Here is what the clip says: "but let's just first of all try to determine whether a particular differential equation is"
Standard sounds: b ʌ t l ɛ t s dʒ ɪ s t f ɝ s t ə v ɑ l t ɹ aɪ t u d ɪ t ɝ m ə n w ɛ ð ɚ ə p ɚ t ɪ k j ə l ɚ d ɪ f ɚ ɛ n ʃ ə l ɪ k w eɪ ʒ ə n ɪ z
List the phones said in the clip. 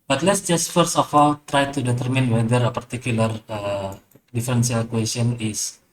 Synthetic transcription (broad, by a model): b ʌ t l ɛ t s dʒ ɪ s t f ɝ s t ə f ɑ l t ɹ aɪ t u d ɪ t ɝ m ə n w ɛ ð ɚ ə p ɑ t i k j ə l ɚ d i f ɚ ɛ n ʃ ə l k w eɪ s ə n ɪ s